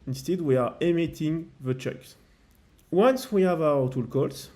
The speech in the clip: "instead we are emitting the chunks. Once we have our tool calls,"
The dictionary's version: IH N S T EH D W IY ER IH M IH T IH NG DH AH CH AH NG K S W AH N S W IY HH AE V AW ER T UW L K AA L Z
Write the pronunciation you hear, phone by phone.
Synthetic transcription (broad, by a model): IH N S T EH D W IY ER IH M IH T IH NG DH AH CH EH K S W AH N S W IY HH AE V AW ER T UW L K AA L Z